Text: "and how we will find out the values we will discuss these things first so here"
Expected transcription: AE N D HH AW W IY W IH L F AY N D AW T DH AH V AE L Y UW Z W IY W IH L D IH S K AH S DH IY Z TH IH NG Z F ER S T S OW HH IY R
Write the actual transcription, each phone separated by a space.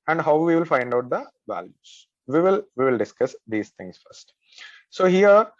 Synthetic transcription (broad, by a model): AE N D HH AW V IY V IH L F AY N D AW T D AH V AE L Y UW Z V IY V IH L D IH S K AH S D IY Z T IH NG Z F ER S T S OW HH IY R